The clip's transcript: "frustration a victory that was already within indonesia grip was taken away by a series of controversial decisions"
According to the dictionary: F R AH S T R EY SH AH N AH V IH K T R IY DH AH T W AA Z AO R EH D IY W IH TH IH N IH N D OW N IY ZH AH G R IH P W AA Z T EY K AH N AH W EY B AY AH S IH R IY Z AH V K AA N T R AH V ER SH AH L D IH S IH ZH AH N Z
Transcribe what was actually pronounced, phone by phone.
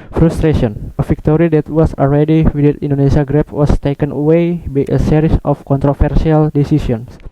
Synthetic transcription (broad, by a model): F R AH S T R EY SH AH N AH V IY K T R IY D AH T W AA S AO L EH D IY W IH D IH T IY N D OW N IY S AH G R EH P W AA S T EY K AH N AH W EY B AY AH S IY R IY S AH F K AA N T R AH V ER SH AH L D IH S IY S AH N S